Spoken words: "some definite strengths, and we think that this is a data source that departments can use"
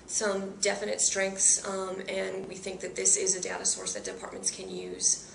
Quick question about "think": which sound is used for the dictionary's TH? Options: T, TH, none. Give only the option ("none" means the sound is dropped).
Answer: TH